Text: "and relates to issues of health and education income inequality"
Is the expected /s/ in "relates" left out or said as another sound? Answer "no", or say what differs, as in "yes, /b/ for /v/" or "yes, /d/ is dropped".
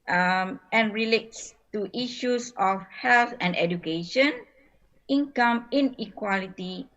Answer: no